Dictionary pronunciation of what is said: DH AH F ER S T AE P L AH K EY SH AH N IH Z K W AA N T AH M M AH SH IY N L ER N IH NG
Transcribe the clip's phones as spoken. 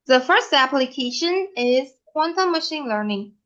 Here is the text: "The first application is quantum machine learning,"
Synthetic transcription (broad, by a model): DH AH F ER S T AE P L AH K EY SH AH N IH Z K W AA N T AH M M AH SH IY N L ER N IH NG